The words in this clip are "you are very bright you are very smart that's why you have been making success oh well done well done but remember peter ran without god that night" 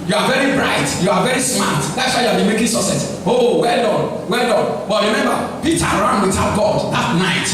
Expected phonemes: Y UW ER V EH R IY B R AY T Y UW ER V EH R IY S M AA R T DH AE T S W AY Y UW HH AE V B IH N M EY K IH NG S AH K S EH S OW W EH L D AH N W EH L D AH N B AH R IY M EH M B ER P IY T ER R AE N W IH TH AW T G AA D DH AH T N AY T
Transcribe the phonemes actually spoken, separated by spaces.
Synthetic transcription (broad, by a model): Y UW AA V EH R IY B R AY T Y UW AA V EH R IY S M AA T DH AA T S W AY Y UW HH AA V B IH N M EY K IH NG S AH S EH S OW W EH L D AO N W EH L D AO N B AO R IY M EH M B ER P IY T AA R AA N W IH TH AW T G AA D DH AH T N AY T